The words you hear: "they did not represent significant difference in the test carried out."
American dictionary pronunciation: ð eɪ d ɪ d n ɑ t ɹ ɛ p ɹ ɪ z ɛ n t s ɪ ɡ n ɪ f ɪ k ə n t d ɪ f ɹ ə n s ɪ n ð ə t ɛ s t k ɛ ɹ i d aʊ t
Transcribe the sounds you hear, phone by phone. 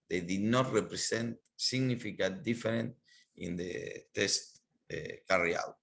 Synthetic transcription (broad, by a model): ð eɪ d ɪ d n ɑ t ɹ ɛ p ɹ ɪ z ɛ n t s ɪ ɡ n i f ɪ k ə t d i f ɹ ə n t ɪ n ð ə t ɛ s t k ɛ ɹ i aʊ t